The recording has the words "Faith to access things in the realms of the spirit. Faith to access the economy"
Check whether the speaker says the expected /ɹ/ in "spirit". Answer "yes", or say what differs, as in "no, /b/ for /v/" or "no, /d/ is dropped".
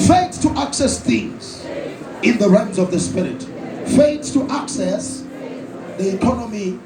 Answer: yes